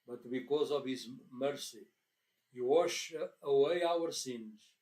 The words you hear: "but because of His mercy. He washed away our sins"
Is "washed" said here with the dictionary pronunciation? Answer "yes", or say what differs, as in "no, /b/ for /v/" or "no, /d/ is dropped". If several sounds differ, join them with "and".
no, /t/ is dropped